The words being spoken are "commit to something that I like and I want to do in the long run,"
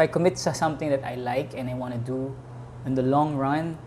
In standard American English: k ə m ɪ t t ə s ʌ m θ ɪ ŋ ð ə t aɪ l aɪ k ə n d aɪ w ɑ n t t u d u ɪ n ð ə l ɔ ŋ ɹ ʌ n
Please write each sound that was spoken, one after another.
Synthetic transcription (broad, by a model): k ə m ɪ t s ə s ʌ m t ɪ ŋ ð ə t aɪ l aɪ k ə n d aɪ w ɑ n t t u d u ɪ n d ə l ɔ ŋ ɹ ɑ n